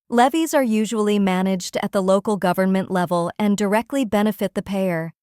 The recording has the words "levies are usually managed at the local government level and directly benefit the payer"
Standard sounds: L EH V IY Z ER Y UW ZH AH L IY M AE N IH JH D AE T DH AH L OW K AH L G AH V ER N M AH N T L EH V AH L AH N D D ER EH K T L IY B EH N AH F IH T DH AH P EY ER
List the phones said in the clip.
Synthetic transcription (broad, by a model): L EH V IY Z ER Y UW ZH AH L IY M AE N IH JH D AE T DH AH L OW K L G AH V ER N M AH N T L EH V AH L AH N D D ER EH K T L IY B EH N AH F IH T DH AH P EY ER